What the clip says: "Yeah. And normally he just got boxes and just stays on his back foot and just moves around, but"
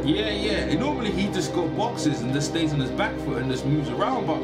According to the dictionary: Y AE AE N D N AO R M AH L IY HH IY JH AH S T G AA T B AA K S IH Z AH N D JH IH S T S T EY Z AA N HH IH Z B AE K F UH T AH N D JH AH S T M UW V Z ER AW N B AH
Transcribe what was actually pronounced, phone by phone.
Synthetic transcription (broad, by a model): Y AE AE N N AO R M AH L IY HH IY JH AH S G AA T B AA K S IH Z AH N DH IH S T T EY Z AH N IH Z B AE K F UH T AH N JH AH S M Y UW Z ER AW N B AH